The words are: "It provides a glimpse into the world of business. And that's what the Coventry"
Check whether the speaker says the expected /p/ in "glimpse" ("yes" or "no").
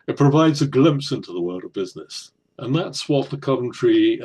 yes